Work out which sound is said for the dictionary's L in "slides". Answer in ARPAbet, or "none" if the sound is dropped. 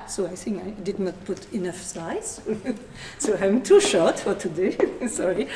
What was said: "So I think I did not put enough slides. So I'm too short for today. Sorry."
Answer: none